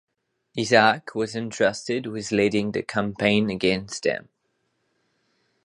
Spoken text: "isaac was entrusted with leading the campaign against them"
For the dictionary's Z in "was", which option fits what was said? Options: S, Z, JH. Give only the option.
Z